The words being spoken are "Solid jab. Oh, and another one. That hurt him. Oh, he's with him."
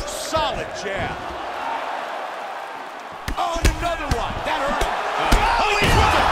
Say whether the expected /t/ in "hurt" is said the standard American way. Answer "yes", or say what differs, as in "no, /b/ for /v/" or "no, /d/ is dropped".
no, /t/ is dropped